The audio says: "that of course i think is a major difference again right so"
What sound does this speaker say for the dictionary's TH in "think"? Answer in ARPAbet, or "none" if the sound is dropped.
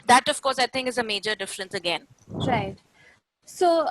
T